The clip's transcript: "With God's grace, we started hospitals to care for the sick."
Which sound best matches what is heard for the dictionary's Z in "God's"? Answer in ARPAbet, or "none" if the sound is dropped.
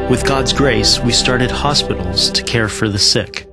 Z